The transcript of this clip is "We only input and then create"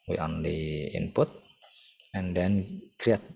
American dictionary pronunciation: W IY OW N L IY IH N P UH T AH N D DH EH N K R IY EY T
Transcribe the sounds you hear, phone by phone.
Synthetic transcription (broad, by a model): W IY OW N L IY IH N P UH T AH N D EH N K R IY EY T